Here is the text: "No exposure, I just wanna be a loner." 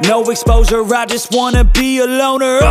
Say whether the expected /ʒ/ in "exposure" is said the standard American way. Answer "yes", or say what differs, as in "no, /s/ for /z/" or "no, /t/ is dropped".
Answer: no, /z/ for /ʒ/